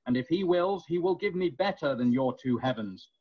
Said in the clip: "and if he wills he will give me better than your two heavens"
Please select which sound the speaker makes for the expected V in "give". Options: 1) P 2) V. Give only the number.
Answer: 2